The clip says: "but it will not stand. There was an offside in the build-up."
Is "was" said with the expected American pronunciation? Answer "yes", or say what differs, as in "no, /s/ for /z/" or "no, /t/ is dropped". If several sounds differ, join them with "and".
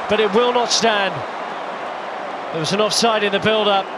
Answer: yes